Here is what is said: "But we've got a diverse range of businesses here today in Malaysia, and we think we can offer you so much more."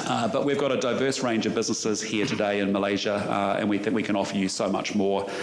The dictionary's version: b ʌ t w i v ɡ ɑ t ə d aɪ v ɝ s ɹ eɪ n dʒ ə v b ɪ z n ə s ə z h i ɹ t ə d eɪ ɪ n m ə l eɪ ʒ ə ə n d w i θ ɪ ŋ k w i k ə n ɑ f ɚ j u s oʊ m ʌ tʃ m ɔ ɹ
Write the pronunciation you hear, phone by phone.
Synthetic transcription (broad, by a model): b ʌ t w i v ɡ ɑ t ə d aɪ v ɝ s ɹ eɪ n dʒ ə v b ɪ z n ə s ə z h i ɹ t ə d eɪ ɪ n m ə l eɪ ʒ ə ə n w i θ ɪ ŋ k w i k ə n ɑ f ɚ j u s oʊ m ʌ tʃ m ɔ ɹ